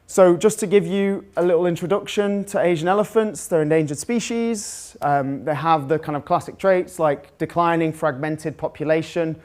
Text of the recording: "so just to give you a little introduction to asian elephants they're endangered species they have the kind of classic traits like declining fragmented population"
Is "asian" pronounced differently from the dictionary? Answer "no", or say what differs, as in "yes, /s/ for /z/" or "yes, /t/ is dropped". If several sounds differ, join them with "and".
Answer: no